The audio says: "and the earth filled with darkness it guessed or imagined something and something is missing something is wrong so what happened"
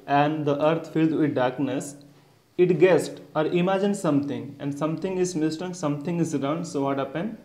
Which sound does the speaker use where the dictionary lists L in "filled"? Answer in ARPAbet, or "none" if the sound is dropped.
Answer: L